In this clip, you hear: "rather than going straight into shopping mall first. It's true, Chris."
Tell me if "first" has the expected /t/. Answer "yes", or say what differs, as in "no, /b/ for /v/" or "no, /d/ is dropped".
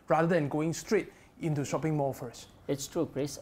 no, /t/ is dropped